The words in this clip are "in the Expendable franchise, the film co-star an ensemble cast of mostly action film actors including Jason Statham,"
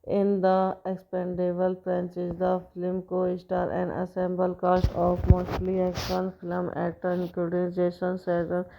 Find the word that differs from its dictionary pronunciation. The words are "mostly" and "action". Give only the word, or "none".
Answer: action